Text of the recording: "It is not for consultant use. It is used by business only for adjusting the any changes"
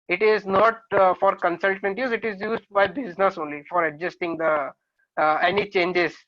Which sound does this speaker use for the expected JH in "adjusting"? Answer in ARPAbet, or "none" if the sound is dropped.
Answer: JH